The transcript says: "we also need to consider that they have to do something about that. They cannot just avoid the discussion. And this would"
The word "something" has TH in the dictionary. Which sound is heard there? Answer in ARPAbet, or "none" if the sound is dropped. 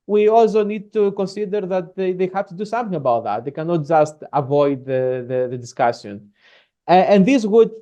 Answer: TH